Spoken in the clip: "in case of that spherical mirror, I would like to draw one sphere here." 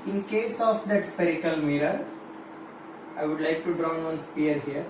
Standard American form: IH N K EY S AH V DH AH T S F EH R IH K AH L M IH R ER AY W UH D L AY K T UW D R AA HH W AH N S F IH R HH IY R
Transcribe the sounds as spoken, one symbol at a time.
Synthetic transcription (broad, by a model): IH N K EY S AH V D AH T S P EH R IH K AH L M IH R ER AY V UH D L AY K T UW D R AA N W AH N S P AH R HH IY R